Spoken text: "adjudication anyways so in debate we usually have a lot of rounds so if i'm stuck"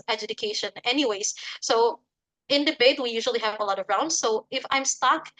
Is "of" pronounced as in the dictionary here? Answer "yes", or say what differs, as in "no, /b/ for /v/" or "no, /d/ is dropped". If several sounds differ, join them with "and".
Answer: yes